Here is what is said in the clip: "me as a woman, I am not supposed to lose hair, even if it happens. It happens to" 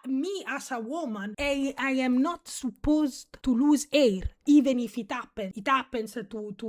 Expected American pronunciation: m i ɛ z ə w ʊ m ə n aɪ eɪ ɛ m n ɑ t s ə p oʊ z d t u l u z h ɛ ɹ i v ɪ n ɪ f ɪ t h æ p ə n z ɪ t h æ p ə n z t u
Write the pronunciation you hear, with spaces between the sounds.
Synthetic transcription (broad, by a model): m i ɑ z ə w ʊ m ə n aɪ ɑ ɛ m n ɑ t s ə p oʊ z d t u l u z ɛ ɹ i v ɪ n ɪ f ɪ t h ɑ p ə n ɪ t h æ p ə n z t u